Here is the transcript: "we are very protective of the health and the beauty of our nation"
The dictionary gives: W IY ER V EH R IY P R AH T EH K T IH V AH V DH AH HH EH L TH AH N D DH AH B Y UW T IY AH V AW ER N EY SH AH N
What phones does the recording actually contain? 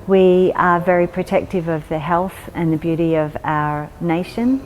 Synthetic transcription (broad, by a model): W IY ER V EH R IY P R AH T EH K T IH V AH V DH AH HH EH L TH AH N DH AH B Y UW T IY AH V AW ER N EY SH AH N